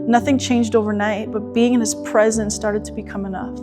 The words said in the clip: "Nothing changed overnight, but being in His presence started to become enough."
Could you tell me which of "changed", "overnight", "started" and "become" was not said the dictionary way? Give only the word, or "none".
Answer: none